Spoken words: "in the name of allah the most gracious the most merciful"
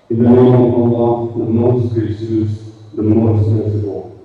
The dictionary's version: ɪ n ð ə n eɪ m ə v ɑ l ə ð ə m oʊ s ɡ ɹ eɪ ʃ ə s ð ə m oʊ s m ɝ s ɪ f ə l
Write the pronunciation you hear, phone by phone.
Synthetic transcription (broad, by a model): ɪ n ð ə n eɪ m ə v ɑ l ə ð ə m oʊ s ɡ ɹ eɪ s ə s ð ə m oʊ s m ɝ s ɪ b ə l